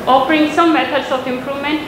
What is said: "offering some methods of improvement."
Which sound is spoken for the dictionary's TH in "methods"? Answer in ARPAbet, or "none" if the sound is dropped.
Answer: T